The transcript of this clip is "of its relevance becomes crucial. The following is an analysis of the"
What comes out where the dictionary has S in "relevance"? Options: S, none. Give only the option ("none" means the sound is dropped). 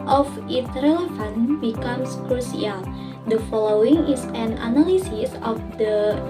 none